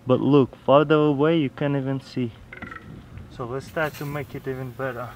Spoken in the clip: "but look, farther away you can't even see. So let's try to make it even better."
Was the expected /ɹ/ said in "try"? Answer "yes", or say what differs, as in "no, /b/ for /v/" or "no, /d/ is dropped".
no, /ɹ/ is dropped